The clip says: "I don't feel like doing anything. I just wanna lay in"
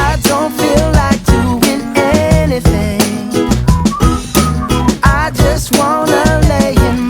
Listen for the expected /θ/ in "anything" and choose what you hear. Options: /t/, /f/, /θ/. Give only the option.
/θ/